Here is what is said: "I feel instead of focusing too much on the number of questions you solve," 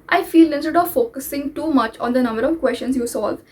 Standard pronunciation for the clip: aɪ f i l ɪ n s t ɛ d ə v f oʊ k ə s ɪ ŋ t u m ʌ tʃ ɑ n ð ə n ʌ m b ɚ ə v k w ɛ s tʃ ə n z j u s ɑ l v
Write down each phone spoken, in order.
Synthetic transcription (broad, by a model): aɪ f i l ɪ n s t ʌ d ə v f oʊ k ə s ɪ ŋ t u m ʌ tʃ ɑ n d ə n ʌ m b ɚ ə v k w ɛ s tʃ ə n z j u s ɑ l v